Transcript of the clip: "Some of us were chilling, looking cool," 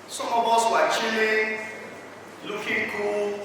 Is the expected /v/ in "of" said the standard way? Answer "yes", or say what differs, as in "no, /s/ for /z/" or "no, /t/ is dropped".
no, /b/ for /v/